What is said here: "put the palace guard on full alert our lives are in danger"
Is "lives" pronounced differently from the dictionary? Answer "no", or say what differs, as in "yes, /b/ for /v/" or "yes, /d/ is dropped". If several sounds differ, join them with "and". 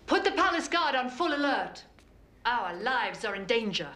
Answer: no